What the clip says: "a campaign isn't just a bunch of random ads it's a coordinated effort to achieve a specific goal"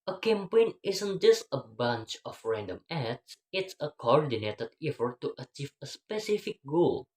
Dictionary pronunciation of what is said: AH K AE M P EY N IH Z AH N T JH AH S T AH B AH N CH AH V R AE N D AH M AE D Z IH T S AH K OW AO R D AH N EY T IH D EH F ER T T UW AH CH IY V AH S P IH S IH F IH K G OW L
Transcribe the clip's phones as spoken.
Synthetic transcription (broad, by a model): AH K AE M P EY N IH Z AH N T JH AH S T AH B AH N CH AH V R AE N D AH M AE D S IH T S AH K OW AO R D AH N EY T IH D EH F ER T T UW AH CH IY V AH S P IH S IH F IH K G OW L